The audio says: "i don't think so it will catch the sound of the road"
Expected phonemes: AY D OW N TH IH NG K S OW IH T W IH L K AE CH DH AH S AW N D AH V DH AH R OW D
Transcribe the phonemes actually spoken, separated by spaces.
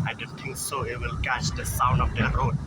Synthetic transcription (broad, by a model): AY D OW N T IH NG K S OW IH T W IH L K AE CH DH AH S AW N D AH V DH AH R OW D